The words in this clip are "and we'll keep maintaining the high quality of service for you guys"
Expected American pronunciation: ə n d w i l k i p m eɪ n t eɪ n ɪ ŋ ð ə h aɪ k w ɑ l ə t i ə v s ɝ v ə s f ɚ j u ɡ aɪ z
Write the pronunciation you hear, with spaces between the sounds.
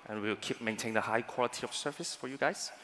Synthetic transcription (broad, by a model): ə n w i w k i p m eɪ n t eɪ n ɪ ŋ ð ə h aɪ k w ɑ l ə t i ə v s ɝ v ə s f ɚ j u ɡ aɪ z